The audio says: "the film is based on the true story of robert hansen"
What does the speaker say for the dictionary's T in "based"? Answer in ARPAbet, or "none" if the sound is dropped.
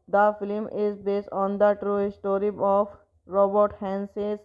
T